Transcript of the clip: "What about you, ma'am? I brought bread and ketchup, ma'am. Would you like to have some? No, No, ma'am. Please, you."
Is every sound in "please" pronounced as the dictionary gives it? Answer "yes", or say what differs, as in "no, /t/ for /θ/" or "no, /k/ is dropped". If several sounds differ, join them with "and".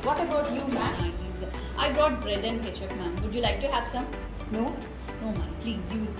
yes